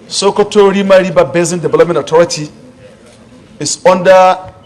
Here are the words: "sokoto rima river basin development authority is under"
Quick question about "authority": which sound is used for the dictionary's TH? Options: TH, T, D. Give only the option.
T